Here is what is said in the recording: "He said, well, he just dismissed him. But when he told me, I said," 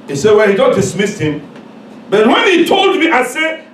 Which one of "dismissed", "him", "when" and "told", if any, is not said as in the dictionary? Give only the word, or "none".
none